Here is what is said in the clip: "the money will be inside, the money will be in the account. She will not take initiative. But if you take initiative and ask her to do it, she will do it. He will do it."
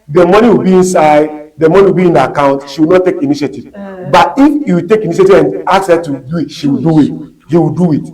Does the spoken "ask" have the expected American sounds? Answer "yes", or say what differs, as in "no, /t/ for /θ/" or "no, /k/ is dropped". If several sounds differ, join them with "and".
no, /s/ is dropped